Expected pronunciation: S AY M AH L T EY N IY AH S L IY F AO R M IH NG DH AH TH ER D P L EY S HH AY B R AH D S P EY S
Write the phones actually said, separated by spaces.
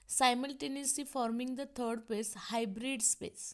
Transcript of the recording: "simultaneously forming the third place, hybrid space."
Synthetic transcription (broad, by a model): S AY M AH L T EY N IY S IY F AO R M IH NG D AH T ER D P EY S HH AY B R AH D S P EY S